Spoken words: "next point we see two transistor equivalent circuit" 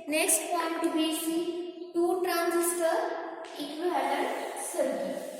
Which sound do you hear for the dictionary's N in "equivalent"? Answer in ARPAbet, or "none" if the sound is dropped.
none